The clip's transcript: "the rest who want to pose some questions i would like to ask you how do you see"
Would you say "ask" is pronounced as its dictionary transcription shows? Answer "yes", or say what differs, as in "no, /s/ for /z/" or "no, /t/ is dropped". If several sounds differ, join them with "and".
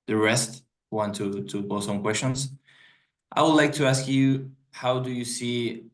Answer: yes